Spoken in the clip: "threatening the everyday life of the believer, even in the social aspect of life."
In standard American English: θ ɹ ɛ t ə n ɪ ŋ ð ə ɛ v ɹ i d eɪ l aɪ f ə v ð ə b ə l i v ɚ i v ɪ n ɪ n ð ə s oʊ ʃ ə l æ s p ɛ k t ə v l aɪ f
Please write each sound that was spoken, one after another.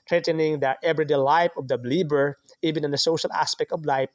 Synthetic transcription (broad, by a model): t ɹ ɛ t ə n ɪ ŋ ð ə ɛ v ɹ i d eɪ l aɪ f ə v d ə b l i b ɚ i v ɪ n ɪ n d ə s oʊ ʃ ə l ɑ s p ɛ k t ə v l aɪ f